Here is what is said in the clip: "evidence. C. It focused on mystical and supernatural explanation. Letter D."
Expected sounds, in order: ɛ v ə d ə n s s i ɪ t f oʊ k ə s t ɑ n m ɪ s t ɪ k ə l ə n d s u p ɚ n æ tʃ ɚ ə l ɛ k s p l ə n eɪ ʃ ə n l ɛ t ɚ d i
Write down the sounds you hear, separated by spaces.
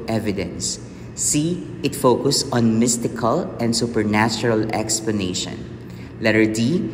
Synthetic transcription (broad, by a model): ɛ v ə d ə n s s i ɪ t f oʊ k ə s ɑ n m ɪ s t ɪ k ə l ə n d s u p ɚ n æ tʃ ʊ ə l ɛ k s p l ə n eɪ ʃ ə n l ɛ t ɚ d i